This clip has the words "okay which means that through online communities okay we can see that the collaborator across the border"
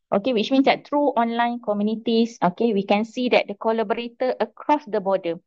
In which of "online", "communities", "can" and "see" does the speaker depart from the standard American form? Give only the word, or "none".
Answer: communities